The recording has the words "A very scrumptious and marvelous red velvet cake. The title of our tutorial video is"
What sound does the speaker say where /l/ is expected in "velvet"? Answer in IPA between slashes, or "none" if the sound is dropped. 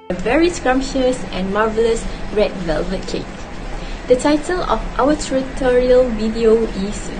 /l/